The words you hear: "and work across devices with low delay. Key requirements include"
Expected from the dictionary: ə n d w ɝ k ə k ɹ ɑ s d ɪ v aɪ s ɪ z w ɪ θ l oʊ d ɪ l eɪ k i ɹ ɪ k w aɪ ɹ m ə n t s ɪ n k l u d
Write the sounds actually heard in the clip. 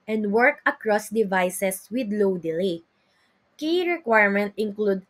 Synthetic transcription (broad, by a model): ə n d w ɝ k ə k ɹ ɑ s d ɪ v aɪ s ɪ s w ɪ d l oʊ d ɪ l eɪ k i ɹ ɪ k w aɪ ɹ m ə n t ɪ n k l u d